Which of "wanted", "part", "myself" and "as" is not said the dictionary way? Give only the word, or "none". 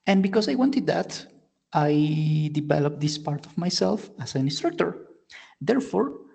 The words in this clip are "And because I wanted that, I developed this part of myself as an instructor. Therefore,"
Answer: as